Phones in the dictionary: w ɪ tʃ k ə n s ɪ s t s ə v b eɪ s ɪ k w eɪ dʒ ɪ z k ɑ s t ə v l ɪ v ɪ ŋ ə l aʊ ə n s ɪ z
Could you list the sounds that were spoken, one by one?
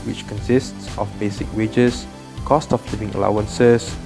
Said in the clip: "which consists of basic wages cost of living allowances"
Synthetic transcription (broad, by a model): w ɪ tʃ k ə n s ɪ s t s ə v b eɪ s ɪ k w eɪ dʒ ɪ s k ɑ s t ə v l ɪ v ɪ ŋ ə l aʊ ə n s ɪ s